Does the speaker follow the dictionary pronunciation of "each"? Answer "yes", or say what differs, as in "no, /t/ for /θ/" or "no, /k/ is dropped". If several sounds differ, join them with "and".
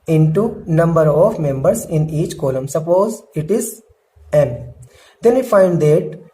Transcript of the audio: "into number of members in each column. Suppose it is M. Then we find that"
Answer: yes